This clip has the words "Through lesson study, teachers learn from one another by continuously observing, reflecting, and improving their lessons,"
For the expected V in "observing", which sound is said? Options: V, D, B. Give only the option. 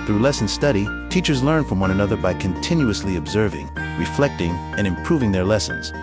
V